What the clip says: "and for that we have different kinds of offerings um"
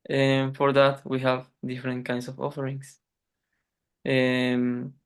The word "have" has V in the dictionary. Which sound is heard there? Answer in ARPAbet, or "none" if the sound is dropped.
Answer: V